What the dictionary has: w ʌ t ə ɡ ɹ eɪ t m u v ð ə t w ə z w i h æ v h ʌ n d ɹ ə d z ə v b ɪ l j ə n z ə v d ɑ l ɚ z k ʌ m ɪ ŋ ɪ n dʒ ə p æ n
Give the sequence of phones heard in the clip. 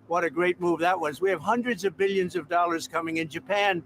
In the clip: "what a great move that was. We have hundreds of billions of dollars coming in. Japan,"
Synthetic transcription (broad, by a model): w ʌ t ə ɡ ɹ eɪ t m u v ð ə t w ə z w i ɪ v h ʌ n d ɹ ə d z ə v b ɪ l j ə n z ə v d ɑ l ɚ z k ʌ m ɪ ŋ ɪ n dʒ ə p æ n